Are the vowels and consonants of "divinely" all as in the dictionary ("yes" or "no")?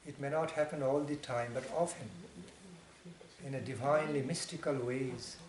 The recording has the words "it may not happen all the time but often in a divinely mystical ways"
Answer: yes